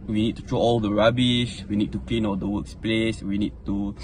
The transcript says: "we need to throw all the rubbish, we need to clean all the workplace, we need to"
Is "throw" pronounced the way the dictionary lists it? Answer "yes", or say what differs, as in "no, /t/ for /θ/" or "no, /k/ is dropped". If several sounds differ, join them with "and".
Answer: no, /t/ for /θ/